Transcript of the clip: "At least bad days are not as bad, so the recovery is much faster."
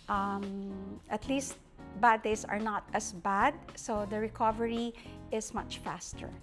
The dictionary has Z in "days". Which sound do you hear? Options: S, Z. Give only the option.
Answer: S